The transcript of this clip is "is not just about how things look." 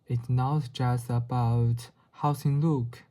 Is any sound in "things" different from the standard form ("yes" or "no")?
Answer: yes